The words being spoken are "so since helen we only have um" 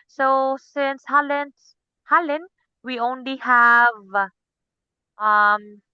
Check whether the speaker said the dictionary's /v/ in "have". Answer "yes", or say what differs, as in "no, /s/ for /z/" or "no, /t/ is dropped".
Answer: yes